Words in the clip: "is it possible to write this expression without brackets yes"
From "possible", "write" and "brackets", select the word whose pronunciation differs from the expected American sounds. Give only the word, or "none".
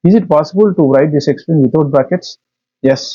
none